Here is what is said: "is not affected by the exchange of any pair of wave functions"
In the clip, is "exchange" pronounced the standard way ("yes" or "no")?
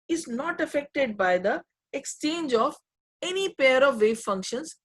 yes